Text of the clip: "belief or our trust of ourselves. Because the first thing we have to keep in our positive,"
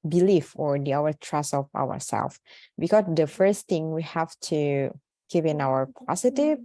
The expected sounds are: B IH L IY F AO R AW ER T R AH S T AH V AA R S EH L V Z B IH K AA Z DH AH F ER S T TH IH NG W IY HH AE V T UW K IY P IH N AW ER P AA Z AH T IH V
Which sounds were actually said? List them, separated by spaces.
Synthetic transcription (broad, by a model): B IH L IY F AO R AW ER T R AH S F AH W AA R S EH L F B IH K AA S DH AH F ER S T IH NG W IY HH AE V T UW K IY P IH N AW ER P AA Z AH T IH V